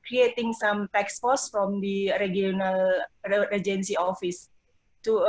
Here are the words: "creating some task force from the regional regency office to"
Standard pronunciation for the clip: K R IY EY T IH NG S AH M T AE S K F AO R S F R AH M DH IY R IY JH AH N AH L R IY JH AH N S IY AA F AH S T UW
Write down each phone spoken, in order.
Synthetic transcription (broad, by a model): K R IY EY T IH NG S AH M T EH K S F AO S F R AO M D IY R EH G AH N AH L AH JH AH N S IY AA F AH S T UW